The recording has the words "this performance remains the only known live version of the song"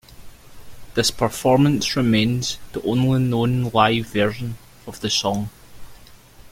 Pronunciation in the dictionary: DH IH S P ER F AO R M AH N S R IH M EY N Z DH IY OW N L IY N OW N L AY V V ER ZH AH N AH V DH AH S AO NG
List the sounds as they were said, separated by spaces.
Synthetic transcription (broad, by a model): DH IH S P ER F AO R M AH N S R IH M EY N Z DH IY OW N L IY N OW N L AY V V ER ZH AH N AH V DH AH S AO NG